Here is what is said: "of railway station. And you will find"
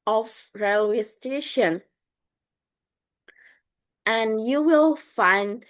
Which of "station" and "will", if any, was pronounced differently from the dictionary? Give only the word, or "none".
none